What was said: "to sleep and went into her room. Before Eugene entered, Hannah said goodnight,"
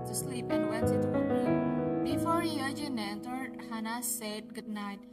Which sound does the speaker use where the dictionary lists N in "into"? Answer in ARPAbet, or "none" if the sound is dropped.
none